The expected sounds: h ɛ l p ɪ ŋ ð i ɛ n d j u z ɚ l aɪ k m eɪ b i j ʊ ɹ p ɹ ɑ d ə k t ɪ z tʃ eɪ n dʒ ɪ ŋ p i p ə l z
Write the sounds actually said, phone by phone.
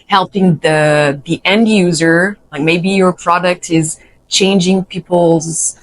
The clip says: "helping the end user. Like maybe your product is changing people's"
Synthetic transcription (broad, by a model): h ɛ l p ɪ ŋ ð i ɛ n d j u z ɚ l aɪ k m eɪ b i j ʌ ɹ p ɹ ɑ d ə k t ɪ z tʃ eɪ n dʒ ɪ ŋ p i p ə l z